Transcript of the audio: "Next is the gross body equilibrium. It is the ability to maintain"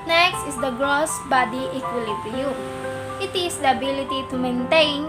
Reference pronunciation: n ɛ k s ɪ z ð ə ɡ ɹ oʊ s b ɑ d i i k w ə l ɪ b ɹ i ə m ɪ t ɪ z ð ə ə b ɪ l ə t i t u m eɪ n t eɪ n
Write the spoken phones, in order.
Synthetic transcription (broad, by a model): n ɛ k s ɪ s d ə ɡ ɹ oʊ s b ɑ d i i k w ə l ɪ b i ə ɪ t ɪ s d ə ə b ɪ l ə t i t u m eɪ n t eɪ n